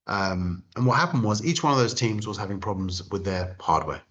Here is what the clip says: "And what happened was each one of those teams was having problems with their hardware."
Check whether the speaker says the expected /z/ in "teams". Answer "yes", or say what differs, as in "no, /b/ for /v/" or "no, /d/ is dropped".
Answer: yes